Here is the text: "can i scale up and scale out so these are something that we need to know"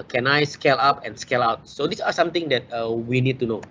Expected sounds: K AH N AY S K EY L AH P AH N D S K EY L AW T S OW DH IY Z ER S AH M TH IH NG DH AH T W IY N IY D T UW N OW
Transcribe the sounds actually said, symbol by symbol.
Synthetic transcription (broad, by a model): K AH N AY S K EY L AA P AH N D S K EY L AW T S OW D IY S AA S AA M T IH NG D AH T W IY N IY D T UW N OW